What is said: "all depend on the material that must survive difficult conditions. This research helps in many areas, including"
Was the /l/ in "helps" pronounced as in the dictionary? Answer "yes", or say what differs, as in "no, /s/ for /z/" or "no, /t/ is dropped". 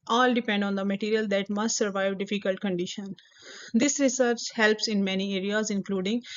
yes